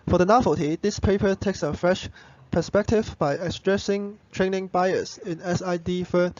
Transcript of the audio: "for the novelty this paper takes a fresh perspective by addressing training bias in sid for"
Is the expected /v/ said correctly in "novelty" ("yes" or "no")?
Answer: no